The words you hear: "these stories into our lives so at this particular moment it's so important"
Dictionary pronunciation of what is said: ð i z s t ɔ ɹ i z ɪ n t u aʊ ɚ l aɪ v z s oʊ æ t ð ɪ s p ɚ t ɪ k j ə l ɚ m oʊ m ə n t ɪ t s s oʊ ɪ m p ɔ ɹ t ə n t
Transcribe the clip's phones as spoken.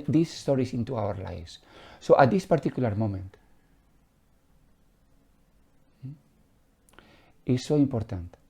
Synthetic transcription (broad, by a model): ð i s s t ɔ ɹ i s ɪ n t u aʊ ɚ l aɪ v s s oʊ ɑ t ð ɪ s p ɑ t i k j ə l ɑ m oʊ m ə n t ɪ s s oʊ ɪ m p ɔ ɹ t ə n t